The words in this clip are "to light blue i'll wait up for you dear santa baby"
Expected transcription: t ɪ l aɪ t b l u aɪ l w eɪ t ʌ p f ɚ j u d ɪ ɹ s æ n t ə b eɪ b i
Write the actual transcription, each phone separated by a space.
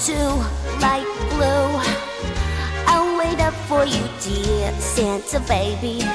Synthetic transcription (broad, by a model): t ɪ l aɪ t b l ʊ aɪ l w eɪ t ʌ p f ɚ j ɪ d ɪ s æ n s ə b eɪ b i